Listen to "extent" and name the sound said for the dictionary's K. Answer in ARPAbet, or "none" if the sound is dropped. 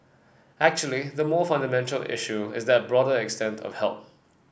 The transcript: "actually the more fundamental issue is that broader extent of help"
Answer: K